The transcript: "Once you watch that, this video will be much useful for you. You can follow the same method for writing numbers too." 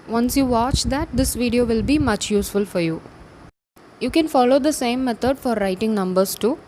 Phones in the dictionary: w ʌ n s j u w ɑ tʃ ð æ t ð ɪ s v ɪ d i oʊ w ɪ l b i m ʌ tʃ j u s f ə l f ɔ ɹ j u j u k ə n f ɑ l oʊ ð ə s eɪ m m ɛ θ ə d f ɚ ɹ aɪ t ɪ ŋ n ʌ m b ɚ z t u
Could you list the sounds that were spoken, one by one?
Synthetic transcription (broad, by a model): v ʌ n s j u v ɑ tʃ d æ t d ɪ s v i d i oʊ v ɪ l b i m ʌ tʃ j u s f ə l f ɔ ɹ j u j u k ə n f ɑ l oʊ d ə s eɪ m m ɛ t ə d f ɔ ɹ aɪ t ɪ ŋ n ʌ m b ɚ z t u